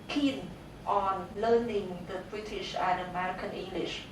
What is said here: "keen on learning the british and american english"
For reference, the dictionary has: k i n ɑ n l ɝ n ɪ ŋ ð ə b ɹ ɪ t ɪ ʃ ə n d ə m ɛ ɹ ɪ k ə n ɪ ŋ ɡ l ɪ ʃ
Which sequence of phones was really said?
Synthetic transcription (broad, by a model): k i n ɑ n l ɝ n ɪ ŋ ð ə b ɹ ɪ t ɪ ʃ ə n ə m ɛ ɹ ɪ k ə n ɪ ŋ ɡ l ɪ ʃ